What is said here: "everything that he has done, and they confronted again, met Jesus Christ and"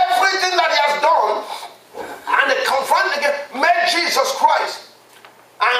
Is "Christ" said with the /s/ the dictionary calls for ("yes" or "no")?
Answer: yes